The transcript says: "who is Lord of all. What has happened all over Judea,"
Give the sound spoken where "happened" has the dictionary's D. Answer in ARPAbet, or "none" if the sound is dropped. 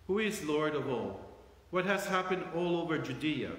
D